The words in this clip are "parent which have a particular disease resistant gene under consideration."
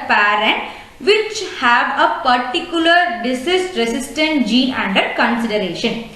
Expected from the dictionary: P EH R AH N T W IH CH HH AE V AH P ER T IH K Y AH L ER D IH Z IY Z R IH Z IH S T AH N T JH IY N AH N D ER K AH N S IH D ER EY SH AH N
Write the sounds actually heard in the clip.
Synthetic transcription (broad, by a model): P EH R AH N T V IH CH HH AE V AH P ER T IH K Y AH L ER D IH S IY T R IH S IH S T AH N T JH IY AH N D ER K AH N S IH D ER EY SH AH N